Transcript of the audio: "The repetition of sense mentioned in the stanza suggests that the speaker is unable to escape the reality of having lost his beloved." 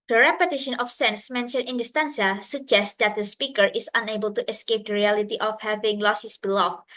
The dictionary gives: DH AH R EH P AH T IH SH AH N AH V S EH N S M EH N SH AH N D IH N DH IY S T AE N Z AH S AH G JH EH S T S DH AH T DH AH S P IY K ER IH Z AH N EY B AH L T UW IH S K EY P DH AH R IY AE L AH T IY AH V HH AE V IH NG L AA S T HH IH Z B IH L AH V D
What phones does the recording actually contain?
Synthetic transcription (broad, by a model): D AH R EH P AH T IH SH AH N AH F S EH N S M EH N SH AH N IH N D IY S T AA N S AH S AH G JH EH S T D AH T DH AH S P IY K ER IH S AH N EY B AH L T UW IH S K EY P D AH R IY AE L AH T IY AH F HH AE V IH NG L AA S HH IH S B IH L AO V